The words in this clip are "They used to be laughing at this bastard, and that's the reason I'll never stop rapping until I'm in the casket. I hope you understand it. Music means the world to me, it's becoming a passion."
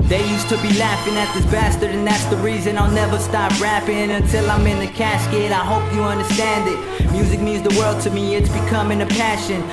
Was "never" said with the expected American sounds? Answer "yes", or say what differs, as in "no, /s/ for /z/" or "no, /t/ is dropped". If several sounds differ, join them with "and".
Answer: yes